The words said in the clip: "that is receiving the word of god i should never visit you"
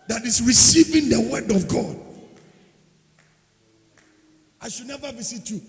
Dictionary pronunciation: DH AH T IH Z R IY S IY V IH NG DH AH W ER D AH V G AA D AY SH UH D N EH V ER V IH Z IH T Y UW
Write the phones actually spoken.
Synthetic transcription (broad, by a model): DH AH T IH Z R IY S IY V IH NG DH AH W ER D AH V G AA D AY SH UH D N EH V ER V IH S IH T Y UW